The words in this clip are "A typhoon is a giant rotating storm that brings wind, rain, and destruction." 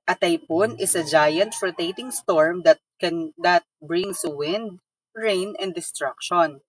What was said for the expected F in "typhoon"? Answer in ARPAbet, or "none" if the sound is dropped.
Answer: P